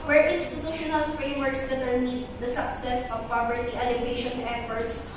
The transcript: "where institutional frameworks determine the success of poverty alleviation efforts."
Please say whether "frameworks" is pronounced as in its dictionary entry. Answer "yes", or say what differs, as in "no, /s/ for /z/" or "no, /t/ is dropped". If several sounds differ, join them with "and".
no, /k/ is dropped